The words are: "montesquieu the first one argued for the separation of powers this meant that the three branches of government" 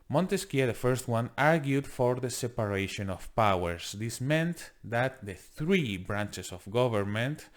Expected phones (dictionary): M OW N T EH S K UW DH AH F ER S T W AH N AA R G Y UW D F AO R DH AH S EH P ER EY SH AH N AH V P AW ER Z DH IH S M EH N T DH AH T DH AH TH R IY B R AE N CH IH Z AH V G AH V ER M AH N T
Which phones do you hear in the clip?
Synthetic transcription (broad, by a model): M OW N T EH S K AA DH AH F ER S T W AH N AA R G Y UW D F AO R DH AH S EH P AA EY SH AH N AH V P AW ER S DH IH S M EH N T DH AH T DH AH TH R IY B R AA N CH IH S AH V G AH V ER M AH N T